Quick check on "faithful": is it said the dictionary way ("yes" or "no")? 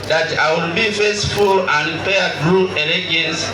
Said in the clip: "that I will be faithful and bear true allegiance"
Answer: no